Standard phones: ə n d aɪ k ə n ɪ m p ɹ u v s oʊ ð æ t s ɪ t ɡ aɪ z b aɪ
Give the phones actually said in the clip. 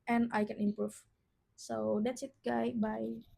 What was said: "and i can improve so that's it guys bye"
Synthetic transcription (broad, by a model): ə n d aɪ k ə n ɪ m p ɹ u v s oʊ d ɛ t s ɪ t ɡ aɪ b aɪ